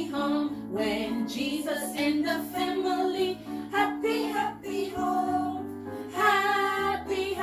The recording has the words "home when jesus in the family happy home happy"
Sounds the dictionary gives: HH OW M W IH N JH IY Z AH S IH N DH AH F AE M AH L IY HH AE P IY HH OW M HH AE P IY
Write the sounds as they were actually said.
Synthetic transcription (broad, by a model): HH OW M W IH N JH IY Z AH S IH N DH AH F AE M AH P IY HH AE P IY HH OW HH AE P IY